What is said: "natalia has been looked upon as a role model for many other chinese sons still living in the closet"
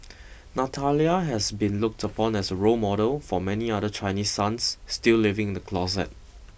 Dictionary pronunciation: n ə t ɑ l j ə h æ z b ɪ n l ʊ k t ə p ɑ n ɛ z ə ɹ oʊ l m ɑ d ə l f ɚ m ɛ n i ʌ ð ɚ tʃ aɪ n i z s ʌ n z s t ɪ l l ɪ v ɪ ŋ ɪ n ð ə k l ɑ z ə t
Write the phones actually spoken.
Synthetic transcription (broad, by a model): n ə t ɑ l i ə h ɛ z b ɪ n l ʊ k t ə p ɑ n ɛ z ə ɹ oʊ m ɑ d ə l f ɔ m ɛ n i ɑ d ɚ tʃ aɪ n i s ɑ n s t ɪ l l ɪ v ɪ ŋ ɪ n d ə k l ɑ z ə t